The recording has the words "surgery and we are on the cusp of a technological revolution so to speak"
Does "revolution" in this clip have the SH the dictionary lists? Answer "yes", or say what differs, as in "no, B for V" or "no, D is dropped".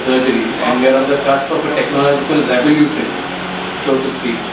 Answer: no, S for SH